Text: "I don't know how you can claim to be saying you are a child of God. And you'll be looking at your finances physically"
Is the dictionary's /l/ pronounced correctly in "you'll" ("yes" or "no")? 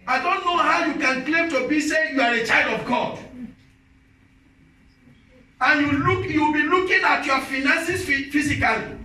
no